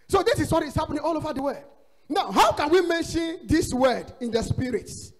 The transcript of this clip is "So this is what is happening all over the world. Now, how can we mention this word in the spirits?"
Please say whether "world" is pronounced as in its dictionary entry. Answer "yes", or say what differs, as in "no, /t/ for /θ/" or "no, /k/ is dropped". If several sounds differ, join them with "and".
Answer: no, /l/ is dropped